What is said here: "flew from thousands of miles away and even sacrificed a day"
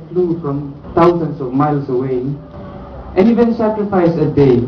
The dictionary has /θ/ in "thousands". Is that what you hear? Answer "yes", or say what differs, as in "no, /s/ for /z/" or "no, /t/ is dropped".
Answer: no, /t/ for /θ/